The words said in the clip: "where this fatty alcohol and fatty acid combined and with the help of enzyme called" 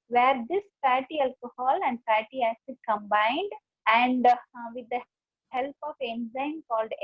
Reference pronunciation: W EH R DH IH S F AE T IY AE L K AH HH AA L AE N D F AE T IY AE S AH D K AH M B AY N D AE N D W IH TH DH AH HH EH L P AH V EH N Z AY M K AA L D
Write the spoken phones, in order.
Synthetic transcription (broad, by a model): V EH R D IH S P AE T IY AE L K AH HH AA L AE N D P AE T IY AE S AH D K AH M B AY N D AE N D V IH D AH HH EH L P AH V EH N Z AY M K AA L D